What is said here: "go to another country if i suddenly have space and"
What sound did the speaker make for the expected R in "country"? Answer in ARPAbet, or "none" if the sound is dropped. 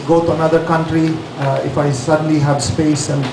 R